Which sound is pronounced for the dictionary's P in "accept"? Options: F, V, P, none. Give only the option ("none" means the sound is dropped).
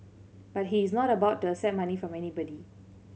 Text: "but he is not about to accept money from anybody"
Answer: none